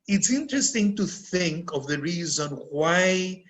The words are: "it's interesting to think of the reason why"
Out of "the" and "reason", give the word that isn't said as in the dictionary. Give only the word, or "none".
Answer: none